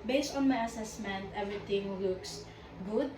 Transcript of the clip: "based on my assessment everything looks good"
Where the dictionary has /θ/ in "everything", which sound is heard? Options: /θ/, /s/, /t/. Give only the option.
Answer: /t/